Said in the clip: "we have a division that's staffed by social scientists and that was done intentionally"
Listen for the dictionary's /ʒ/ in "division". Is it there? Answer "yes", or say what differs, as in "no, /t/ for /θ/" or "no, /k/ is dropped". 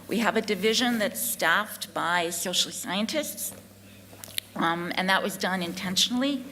yes